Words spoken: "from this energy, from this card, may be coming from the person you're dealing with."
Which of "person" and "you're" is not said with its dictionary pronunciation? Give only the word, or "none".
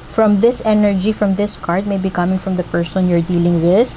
none